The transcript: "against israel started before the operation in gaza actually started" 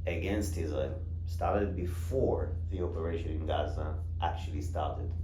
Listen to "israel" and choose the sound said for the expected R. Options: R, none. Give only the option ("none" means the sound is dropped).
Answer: none